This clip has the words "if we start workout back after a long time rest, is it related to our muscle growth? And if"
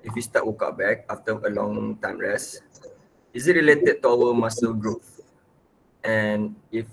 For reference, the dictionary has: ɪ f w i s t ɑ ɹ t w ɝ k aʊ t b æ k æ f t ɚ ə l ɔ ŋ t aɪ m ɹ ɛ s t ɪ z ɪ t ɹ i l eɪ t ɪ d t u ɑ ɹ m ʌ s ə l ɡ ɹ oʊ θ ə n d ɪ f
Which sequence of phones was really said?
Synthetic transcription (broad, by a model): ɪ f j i s t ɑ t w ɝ k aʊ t b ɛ k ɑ f t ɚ ə l ɔ ŋ t aɪ m ɹ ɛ s ɪ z ɪ t ɹ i l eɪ t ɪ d t u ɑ w m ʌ s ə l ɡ ɹ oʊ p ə n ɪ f